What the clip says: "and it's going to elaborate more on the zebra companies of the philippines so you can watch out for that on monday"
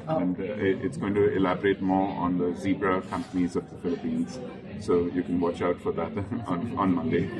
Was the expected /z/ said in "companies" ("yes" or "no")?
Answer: yes